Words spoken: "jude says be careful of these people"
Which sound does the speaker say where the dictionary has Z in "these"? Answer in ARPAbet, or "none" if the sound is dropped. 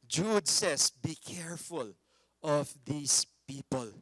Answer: S